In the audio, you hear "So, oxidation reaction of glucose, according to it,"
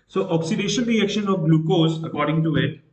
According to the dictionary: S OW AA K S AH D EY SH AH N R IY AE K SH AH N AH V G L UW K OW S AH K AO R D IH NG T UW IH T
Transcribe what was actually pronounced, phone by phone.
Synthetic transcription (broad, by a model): S OW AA K S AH D EY SH AH L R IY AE K SH AH N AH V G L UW K OW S AH K AO R D IH NG T UW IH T